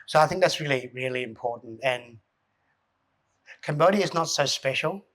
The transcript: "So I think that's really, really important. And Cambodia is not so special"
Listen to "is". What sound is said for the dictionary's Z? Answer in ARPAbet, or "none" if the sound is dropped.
Z